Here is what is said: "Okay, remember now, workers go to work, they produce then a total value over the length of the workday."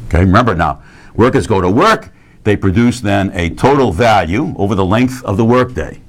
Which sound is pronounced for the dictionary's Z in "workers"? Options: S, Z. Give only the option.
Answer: Z